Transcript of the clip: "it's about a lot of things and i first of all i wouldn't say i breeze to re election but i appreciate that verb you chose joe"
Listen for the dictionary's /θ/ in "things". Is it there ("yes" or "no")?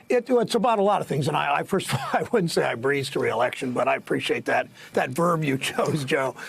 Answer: yes